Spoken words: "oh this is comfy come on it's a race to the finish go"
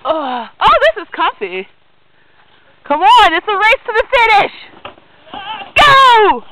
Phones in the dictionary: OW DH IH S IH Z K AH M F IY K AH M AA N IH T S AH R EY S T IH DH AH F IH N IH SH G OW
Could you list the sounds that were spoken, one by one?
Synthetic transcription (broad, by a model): OW DH IH S IH Z K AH F IY K AH M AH N IH T S AH R EY S T IH DH AH F IH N IH SH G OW